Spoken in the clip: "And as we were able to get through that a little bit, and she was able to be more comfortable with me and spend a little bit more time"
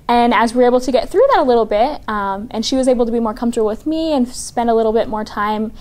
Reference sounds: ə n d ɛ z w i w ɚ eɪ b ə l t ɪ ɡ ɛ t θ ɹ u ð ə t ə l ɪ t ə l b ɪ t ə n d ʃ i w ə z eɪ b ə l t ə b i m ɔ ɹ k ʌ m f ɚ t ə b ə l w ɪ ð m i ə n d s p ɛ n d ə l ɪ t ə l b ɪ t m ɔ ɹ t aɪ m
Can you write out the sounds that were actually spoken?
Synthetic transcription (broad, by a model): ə n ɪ z w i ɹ eɪ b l t ɪ ɡ ɛ t θ ɹ u ð ə t ə l ɪ t l b ɪ t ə n ʃ i w ə z eɪ b l t ə b i m ɔ ɹ k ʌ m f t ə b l w ɪ ð m i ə n s p ɛ n d ə l ɪ t l b ɪ t m ɔ ɹ t aɪ m